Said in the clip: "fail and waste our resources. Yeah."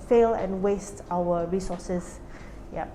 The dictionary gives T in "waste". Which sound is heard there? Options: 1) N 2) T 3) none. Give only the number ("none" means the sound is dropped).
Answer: 2